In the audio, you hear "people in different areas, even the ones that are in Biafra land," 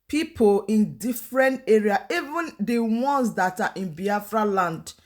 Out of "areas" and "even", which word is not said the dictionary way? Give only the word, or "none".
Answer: areas